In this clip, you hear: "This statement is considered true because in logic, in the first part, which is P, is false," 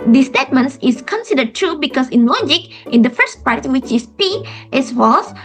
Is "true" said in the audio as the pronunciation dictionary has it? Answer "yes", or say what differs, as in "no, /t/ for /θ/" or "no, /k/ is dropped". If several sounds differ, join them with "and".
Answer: yes